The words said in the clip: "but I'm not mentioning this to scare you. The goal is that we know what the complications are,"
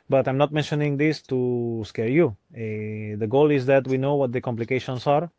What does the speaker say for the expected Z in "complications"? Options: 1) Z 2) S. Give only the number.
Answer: 2